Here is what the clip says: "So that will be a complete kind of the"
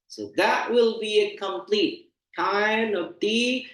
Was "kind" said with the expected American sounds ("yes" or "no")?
no